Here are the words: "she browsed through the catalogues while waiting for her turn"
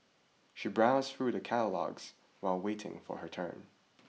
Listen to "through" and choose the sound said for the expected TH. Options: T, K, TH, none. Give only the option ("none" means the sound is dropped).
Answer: TH